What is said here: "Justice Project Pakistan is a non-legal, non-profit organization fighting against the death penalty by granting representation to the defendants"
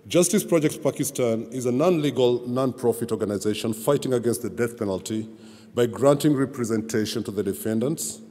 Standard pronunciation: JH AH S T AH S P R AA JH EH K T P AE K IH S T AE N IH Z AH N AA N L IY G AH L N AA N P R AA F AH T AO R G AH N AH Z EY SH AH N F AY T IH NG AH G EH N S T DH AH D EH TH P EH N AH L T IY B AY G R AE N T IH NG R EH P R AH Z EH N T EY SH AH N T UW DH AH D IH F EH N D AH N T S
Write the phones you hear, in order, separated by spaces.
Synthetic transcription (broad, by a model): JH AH S T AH S P R AA JH EH K T P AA K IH S T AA N IH Z AH N AA N L IY G AH L N AA N P R AA F AH T AO R G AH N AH Z EY SH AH N F AY T IH NG AH G EH N S T DH AH D EH TH P EH N AH L T IY B AY G R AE N T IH NG R EH P R AH Z EH N T EY SH AH N T UW DH AH D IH F EH N D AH N T S